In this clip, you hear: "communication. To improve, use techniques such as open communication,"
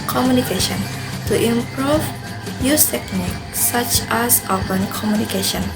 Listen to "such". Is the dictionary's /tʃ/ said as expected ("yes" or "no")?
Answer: yes